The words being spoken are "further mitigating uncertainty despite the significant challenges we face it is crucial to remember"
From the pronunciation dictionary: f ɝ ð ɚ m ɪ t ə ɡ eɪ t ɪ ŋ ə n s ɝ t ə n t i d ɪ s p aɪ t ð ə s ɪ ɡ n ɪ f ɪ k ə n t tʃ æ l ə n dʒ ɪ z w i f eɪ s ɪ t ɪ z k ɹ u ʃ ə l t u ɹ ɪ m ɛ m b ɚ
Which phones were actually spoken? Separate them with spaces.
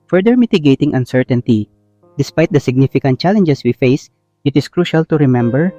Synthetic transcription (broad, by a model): f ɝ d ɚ m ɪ t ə ɡ eɪ t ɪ ŋ ə n s ɝ t ə n t i d ɪ s p aɪ t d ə s ɪ ɡ n ɪ f ɪ k ə n t tʃ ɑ l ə n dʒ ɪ s w i f eɪ s ɪ t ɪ s k ɹ u ʃ ə l t u ɹ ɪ m ɛ m b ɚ